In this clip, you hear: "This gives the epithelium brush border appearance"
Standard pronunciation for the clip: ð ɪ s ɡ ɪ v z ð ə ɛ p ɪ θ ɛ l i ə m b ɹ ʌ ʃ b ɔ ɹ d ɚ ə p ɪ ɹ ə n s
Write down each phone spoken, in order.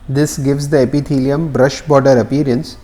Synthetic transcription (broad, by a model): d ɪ s ɡ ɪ v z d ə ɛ p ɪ t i l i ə m b ɹ ʌ ʃ b ɔ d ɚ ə p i ɹ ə n s